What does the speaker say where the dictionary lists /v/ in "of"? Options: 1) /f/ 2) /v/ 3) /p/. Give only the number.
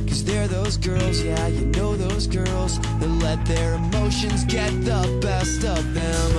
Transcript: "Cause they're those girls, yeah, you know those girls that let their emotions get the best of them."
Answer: 3